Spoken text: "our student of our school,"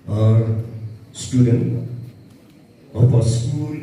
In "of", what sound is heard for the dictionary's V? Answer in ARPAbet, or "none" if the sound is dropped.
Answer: P